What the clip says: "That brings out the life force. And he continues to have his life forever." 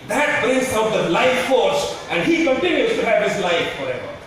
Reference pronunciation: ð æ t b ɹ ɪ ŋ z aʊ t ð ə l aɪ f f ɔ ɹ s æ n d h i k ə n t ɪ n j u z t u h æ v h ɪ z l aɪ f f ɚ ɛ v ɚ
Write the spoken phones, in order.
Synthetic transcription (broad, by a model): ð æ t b ɪ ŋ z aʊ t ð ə l aɪ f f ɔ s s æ n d h i k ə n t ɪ n j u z t u h æ v h ɪ z l aɪ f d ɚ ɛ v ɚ